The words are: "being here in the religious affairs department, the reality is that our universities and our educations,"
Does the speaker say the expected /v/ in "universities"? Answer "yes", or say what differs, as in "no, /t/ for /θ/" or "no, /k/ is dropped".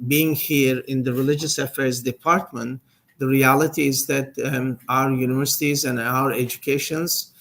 yes